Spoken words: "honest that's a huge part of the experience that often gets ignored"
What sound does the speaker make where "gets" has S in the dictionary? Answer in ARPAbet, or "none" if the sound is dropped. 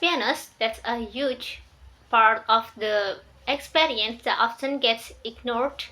S